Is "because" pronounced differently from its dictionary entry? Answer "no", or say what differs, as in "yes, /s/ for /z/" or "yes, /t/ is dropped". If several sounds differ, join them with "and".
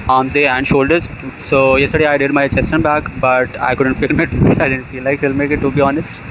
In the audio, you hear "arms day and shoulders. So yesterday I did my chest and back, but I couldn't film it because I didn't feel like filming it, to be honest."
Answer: yes, /z/ is dropped